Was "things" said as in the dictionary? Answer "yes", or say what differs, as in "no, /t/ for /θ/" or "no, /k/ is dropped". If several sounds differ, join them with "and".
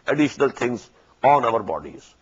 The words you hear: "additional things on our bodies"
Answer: no, /t/ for /θ/